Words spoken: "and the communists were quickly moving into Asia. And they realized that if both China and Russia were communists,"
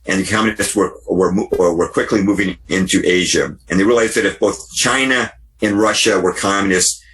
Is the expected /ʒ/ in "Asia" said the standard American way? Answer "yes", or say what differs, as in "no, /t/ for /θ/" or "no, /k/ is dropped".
yes